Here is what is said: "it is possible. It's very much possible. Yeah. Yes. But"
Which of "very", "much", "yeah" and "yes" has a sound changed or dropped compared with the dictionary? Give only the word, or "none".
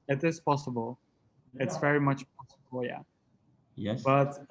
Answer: yes